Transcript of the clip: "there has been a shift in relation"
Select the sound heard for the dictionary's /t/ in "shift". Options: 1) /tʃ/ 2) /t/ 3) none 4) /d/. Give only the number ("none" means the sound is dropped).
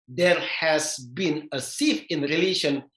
3